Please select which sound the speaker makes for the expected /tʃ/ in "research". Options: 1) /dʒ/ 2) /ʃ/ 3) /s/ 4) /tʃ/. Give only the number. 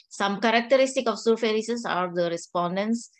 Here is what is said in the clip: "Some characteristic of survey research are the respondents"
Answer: 3